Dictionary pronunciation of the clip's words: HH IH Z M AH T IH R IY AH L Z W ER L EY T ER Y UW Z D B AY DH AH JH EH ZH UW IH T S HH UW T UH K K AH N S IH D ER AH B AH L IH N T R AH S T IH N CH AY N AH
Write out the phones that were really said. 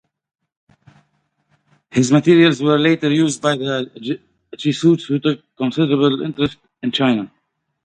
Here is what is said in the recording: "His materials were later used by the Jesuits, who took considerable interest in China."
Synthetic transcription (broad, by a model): HH IH Z M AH T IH R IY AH L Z W ER L EY T ER Y UW Z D B AY DH AH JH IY S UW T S HH UW T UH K K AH N S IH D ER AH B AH L IH N T R AH S T IH N CH AY N AH